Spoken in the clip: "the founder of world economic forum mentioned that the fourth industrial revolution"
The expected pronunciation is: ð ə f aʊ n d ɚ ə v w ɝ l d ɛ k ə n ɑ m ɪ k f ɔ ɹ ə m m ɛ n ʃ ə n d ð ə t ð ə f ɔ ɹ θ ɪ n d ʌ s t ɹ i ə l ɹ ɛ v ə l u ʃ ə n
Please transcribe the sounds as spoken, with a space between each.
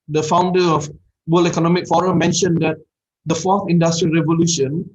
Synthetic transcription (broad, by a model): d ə f aʊ n d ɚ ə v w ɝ l ɛ k ə n ɑ m ɪ k f ɔ ɹ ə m m ɛ n ʃ ə n d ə t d ə f ɔ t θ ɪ n d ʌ s t ɹ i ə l ɹ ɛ v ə l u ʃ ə n